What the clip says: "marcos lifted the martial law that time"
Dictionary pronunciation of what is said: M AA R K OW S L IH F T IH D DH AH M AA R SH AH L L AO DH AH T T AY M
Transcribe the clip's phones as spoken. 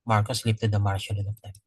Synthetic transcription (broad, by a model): M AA R K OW S L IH P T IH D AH M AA R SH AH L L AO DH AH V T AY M